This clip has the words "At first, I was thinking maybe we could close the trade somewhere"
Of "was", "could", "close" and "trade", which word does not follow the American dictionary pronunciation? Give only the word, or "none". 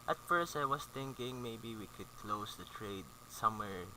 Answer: was